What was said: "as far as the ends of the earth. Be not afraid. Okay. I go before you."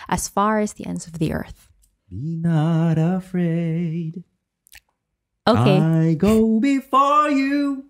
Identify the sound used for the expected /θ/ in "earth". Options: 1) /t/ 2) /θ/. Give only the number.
2